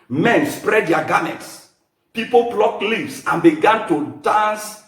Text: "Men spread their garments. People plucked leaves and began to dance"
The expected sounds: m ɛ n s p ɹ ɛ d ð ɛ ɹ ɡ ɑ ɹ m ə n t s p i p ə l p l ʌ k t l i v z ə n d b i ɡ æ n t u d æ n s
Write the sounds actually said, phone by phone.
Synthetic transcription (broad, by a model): m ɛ n s p ɹ ɛ d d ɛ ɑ ɡ ɑ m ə t s p i p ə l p l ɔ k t l i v s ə n b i ɡ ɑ n t u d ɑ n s